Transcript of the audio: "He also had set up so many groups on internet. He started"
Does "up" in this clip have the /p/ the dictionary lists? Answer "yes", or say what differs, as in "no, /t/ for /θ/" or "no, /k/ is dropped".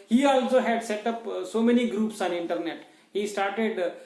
yes